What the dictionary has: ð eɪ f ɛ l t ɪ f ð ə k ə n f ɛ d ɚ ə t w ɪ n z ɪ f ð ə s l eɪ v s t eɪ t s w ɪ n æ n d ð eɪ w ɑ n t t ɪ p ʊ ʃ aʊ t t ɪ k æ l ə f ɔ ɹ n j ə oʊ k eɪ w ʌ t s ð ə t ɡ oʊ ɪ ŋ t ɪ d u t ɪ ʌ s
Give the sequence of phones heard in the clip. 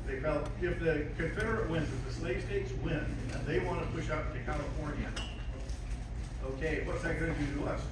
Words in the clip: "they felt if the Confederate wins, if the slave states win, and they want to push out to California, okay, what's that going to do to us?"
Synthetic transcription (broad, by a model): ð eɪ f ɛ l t ɪ f ð ə k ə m f ɛ d ɚ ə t w ɪ n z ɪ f ð ə s l eɪ v s t eɪ t s w ɪ n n ð eɪ w ɑ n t t ɪ p ʊ ʃ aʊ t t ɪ k æ l ə f ɔ ɹ n j ə oʊ k eɪ w ʌ t s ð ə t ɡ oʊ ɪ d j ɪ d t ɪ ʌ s